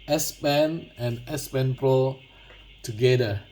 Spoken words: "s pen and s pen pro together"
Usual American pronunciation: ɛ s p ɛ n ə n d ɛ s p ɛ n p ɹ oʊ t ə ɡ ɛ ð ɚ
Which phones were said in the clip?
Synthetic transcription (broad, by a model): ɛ s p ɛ n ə n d ɛ s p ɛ n p ɹ oʊ t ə ɡ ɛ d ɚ